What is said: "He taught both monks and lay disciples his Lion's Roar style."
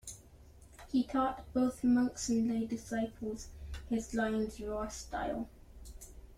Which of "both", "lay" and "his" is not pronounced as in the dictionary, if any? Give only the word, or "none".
none